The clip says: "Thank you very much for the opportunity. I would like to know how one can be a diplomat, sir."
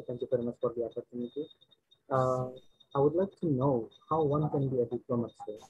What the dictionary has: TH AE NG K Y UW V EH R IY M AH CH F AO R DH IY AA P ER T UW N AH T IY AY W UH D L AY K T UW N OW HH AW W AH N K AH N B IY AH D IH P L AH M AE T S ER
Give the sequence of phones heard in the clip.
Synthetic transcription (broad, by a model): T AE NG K Y UW F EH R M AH S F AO R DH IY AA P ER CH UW N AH T IY AY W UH D L AY K T UW N OW HH AW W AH N K AH N B IY AH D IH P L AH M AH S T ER